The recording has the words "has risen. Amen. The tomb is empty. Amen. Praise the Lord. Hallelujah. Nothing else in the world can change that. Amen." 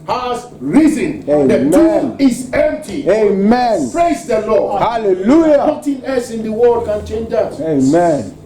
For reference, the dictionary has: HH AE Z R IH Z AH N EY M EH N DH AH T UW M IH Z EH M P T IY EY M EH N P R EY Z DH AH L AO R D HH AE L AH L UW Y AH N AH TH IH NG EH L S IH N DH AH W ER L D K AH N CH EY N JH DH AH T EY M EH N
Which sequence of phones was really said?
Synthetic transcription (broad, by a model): HH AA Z R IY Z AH N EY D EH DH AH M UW IH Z EH M P T IY EY M EH N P R EY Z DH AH L AO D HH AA L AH L UW Y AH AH T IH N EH S IH N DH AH W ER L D K AH N CH EY N JH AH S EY M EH N